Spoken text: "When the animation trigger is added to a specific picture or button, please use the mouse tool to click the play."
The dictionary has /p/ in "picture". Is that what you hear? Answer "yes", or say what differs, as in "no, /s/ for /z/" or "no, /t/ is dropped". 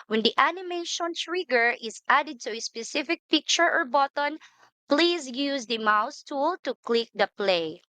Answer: yes